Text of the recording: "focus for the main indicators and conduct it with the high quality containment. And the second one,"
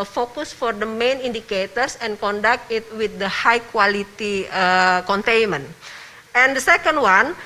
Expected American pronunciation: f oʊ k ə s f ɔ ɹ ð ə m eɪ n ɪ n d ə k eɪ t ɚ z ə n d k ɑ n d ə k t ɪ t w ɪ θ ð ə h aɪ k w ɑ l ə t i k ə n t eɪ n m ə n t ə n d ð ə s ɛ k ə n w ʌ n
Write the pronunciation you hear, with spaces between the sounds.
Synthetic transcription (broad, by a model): f oʊ k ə s f ɔ ɹ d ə m eɪ n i n d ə k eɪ t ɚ s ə n k ɑ n d ə k t ɪ t w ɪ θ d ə h aɪ k w ɑ l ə t i k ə n t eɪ n m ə n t ə n d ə s ɛ k ə n w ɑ n